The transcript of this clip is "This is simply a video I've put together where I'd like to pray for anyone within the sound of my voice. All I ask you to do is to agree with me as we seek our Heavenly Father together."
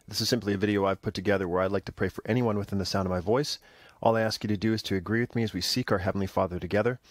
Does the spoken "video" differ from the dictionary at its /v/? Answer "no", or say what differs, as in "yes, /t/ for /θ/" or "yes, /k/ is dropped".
no